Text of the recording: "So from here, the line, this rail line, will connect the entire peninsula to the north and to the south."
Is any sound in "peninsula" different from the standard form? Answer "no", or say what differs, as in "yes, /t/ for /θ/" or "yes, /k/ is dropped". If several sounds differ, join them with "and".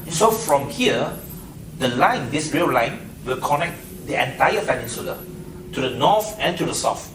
yes, /f/ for /p/